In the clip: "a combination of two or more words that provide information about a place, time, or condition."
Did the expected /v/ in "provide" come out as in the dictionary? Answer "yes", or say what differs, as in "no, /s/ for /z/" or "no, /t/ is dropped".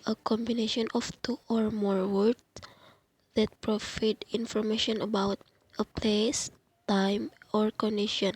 no, /f/ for /v/